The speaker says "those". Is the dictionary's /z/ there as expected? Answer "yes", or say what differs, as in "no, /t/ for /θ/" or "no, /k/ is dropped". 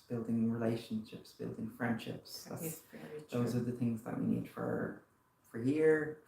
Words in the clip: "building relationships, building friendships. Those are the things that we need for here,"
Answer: yes